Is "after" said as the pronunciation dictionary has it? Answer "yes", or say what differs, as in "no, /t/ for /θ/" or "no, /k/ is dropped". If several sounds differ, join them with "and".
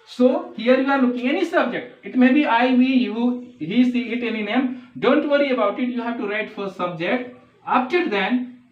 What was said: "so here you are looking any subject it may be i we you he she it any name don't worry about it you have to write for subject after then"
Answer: no, /p/ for /f/